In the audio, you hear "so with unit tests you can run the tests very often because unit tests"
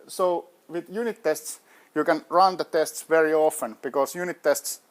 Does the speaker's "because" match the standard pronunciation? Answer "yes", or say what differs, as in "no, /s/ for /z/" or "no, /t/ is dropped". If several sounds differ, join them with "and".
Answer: no, /s/ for /z/